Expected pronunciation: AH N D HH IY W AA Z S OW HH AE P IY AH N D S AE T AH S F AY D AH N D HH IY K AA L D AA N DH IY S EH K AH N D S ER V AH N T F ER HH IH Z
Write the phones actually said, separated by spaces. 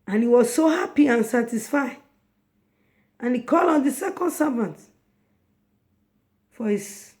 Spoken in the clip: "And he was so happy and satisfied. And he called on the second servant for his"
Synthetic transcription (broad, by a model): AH N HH IY W AA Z S OW HH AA P IY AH N S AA T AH S F AY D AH N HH IY K AA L AA N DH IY S EH K AH N D S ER V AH N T F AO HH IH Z